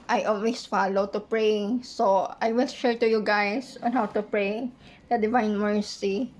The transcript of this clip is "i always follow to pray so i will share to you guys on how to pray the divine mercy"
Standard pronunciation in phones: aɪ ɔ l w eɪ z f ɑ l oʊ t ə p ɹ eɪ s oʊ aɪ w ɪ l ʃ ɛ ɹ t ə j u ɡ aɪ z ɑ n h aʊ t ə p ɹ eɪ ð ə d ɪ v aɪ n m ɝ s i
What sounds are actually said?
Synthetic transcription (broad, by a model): aɪ ɔ l w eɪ s f ɑ l oʊ t ə p ɹ eɪ s oʊ aɪ w ɪ l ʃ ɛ ɹ t ə j u ɡ aɪ s ɑ n h aʊ t ə p ɹ eɪ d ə d ɪ v aɪ n m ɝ s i